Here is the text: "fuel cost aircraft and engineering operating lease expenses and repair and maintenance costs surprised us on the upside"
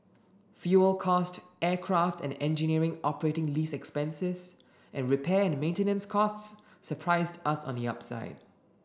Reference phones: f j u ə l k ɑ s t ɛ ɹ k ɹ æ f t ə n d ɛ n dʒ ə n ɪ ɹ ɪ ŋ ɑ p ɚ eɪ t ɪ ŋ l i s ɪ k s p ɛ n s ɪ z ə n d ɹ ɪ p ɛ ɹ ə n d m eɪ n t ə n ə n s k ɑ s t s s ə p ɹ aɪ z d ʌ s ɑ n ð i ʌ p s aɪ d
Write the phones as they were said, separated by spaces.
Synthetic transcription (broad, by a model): f j u ə l k ɑ s t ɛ k ɹ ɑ f t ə n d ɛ n dʒ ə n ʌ ɹ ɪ ŋ ɑ p ɚ eɪ t ɪ ŋ l i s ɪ k s p ɛ n s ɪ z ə n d ɹ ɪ p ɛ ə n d m eɪ n t ə n ə n s k ɑ s t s s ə p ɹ aɪ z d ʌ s ɑ n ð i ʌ p s aɪ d